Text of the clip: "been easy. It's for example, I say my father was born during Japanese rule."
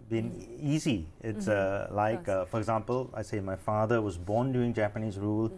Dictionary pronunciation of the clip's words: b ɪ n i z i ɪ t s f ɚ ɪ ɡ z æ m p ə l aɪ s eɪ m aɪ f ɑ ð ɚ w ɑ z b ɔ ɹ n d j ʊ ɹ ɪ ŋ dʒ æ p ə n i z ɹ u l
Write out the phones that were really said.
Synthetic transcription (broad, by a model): b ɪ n i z i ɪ t s f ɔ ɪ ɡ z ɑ m p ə l aɪ s eɪ m aɪ f ɑ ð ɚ w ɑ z b ɔ n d j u ɪ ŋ dʒ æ p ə n i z ɹ u l